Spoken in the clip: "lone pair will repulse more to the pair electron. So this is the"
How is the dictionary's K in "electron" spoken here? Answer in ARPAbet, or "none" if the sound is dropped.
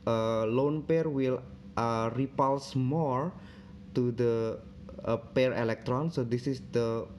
K